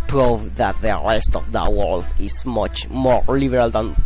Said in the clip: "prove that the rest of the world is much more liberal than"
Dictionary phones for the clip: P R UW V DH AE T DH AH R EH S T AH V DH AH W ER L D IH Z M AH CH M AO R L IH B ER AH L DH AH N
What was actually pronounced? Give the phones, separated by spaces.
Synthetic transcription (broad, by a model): P R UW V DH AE T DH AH R EH S T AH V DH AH W ER L D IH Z M AH CH M AO R L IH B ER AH L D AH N